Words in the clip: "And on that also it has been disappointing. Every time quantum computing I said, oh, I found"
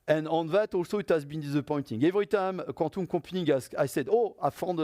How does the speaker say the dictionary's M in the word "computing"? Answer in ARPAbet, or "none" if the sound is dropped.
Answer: none